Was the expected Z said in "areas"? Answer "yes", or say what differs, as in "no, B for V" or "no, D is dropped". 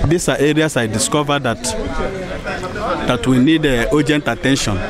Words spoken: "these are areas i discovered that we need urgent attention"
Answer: no, S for Z